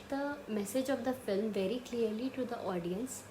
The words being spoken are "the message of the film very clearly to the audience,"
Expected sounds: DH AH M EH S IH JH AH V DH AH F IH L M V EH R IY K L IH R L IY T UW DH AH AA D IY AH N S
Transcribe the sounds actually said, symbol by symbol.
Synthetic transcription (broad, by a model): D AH M EH S IH JH AH V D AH F IH L M V EH R IY K L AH R L IY T UW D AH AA D IY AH N S